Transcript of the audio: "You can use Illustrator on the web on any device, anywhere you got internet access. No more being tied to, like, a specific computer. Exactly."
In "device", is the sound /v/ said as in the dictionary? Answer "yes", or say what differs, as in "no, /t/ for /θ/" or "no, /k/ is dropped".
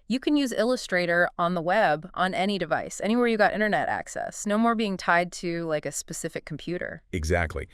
yes